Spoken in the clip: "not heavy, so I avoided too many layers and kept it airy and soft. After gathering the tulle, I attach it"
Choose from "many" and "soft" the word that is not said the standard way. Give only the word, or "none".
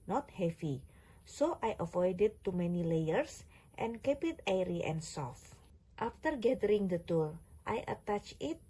none